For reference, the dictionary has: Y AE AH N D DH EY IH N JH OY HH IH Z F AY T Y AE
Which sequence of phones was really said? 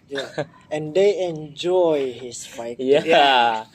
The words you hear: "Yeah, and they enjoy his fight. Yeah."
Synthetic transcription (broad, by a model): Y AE AH N D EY IH N JH OY HH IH S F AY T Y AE